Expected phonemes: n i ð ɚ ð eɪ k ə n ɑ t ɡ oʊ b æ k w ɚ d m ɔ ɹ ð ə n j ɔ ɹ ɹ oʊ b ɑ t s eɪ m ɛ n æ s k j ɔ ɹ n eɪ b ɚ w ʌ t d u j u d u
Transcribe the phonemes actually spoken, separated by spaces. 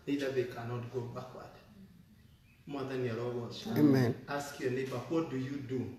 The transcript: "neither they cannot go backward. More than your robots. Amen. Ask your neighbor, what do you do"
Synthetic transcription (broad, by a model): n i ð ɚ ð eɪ k ə n ɑ t ɡ oʊ b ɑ k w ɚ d m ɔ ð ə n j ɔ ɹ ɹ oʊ ɑ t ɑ eɪ m ɛ n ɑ s k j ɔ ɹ n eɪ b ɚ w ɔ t d u j u d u